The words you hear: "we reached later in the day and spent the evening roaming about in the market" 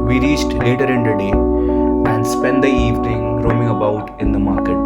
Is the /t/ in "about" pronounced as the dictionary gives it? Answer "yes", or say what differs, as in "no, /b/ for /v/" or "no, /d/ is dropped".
yes